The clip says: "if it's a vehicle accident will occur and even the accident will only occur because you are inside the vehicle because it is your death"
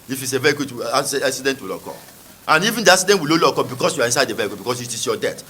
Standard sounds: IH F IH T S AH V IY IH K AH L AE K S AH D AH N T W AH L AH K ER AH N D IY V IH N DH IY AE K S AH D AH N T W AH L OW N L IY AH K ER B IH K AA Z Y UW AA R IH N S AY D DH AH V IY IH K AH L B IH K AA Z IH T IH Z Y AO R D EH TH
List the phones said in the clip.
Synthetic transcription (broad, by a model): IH F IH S AH V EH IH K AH W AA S S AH D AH N T W AH L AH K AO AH N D IY V IH N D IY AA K S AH D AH N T W AH L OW L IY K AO B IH K AA S Y UW AA R IH N S AY D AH V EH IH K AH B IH K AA S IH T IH S Y AO D EH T